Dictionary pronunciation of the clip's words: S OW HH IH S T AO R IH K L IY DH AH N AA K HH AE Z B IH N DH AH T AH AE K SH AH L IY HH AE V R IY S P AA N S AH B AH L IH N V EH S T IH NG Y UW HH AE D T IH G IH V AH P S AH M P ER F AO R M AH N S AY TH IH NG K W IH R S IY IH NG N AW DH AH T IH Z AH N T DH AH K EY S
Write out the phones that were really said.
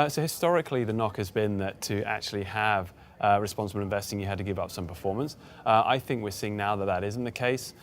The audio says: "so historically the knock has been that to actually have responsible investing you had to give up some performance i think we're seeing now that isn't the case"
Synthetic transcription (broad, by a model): S OW HH IH S T AO R IH K L IY DH AH N AA K HH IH Z B IH N DH AH T AH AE K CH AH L IY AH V R IY S P AA N S AH B AH L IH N V EH S T IH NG Y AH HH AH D T IH G IH V AH P S AH M P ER F AO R M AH N S AY TH IH NG K W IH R S IY IH NG N AW DH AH T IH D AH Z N DH AH K EY S